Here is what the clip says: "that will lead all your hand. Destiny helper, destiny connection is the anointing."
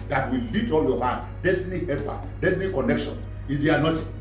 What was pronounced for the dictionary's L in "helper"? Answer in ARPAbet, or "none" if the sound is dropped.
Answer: none